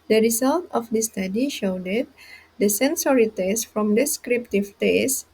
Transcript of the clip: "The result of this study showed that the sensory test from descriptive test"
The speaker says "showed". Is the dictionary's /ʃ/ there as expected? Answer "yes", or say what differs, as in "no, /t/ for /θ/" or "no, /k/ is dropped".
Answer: yes